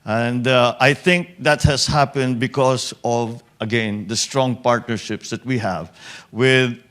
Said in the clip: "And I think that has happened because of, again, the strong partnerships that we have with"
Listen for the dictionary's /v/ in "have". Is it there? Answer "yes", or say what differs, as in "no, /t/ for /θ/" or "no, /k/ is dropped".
yes